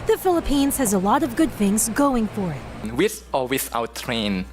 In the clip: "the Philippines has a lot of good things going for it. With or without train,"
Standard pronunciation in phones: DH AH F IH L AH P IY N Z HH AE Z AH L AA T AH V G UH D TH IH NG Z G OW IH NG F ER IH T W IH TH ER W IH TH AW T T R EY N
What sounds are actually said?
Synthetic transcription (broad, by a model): DH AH F IH L AH P IY N Z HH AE Z AH L AA T AH V G UH D TH IH NG Z G OW IH NG F ER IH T W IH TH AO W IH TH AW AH T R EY N